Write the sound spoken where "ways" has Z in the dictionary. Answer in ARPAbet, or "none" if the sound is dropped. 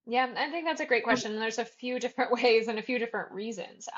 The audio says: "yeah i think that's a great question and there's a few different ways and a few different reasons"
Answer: Z